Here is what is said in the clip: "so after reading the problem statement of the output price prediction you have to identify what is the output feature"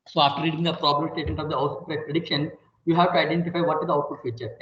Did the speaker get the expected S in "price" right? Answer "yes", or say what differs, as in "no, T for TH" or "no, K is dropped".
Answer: no, S is dropped